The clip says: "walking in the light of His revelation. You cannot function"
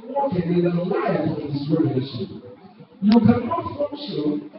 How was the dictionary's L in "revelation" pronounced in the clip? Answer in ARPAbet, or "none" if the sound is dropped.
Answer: N